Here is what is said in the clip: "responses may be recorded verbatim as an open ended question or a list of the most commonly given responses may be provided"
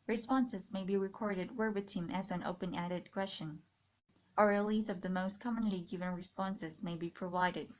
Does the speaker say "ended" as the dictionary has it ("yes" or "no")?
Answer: no